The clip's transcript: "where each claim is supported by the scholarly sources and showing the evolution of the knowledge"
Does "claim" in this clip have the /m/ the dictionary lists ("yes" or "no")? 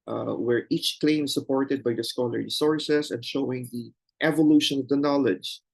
no